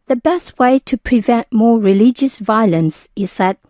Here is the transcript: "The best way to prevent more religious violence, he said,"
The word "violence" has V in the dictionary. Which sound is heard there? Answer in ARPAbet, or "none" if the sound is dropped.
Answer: V